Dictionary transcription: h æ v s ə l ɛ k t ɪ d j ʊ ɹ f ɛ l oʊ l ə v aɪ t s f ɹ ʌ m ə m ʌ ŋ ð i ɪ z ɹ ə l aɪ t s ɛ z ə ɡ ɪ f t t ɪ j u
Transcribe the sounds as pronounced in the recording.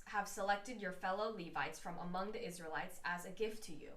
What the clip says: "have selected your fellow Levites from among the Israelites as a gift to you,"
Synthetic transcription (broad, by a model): h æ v s ə l ɛ k t ɪ d j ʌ ɹ f ɛ l oʊ l ə v aɪ t s f ɹ ʌ m ə m ʌ ŋ ð i ɪ z ɹ ə l aɪ t s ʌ z ə ɡ ɪ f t t ɪ j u